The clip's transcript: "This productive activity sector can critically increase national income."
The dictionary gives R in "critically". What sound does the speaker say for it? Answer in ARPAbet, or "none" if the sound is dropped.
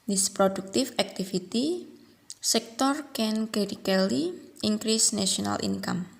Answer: none